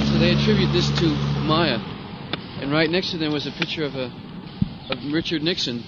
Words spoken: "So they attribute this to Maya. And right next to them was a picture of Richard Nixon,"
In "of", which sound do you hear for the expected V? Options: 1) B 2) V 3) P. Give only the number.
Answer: 2